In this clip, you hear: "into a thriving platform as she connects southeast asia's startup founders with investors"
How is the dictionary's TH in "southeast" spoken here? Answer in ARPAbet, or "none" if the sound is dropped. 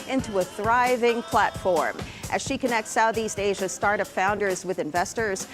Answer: TH